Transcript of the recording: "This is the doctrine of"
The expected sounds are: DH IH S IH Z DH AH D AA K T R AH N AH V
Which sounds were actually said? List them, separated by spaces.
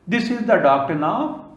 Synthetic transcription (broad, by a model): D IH S IH Z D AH D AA K T AH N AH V